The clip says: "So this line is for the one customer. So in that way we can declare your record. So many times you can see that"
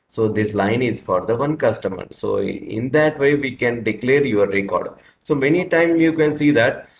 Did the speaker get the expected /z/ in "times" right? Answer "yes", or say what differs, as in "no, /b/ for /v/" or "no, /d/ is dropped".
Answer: no, /z/ is dropped